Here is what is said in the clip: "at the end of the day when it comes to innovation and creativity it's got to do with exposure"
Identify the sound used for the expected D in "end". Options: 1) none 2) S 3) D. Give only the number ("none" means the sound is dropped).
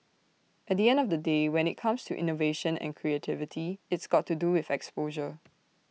3